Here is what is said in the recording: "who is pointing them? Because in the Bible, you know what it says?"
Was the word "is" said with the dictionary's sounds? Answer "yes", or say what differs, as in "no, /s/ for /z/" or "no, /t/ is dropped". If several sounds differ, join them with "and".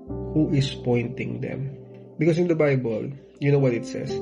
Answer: no, /s/ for /z/